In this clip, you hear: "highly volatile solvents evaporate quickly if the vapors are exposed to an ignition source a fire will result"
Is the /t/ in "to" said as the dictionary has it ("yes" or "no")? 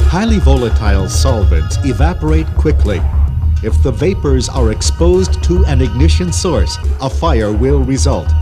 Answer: yes